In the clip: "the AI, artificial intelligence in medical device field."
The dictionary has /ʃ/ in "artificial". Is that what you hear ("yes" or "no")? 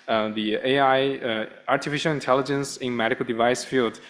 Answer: yes